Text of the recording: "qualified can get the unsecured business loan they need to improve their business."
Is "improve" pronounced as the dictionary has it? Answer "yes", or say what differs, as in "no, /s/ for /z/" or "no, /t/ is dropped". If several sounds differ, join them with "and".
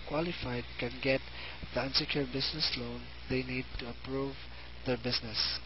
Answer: no, /m/ is dropped